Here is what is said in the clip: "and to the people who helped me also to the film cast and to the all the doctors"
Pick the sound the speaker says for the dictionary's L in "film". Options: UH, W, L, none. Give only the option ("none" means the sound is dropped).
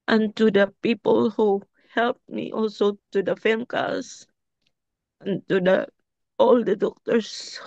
none